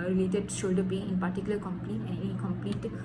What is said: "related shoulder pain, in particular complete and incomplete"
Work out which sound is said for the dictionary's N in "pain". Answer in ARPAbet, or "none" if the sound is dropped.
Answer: none